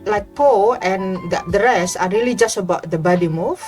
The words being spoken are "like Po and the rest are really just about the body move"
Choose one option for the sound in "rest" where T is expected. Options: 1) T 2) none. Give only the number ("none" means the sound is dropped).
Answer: 2